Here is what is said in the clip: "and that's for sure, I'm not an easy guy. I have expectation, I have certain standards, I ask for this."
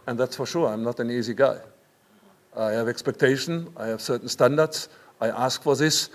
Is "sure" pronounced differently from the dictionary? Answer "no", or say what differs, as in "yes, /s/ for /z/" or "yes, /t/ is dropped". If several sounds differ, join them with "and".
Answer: no